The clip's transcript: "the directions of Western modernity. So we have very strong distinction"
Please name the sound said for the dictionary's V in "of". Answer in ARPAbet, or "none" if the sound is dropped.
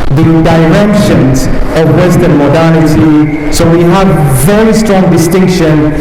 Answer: V